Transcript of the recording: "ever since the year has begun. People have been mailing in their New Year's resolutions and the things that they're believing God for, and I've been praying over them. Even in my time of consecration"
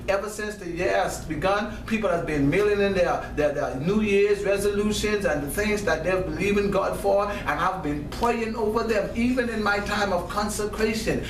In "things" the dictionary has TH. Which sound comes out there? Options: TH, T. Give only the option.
TH